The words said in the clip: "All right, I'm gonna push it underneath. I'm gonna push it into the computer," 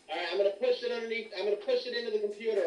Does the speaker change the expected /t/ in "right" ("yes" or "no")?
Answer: yes